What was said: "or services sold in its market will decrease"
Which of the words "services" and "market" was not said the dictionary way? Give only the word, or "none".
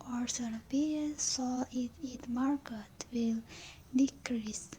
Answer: services